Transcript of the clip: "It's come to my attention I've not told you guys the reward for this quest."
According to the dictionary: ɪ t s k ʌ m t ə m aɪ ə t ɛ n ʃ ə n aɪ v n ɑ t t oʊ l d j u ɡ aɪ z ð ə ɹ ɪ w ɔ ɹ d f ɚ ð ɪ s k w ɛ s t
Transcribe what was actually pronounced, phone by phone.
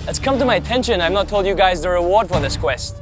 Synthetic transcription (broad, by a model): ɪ t s k ʌ m t ə m aɪ ə t ɛ n ʃ ə n aɪ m n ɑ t t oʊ l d j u ɡ aɪ z ð ə ɹ ɪ w ɔ ɹ d f ɚ ð ɪ s k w ɛ s t